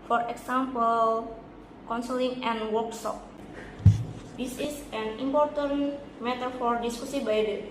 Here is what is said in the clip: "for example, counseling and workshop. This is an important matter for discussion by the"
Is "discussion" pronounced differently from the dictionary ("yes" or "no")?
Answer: yes